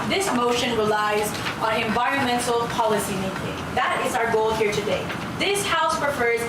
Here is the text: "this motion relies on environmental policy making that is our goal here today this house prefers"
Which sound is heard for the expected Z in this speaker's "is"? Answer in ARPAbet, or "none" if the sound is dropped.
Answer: Z